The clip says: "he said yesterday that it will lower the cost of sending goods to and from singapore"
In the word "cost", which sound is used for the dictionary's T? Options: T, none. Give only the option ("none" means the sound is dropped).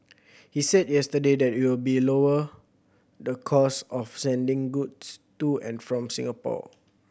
none